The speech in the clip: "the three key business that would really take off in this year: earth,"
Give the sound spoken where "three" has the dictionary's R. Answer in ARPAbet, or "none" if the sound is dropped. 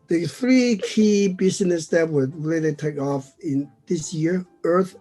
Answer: R